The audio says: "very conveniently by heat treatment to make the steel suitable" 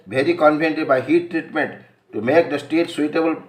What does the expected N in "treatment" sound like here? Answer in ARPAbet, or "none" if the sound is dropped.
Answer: N